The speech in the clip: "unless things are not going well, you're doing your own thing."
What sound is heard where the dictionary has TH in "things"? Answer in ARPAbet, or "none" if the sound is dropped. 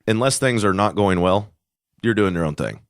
TH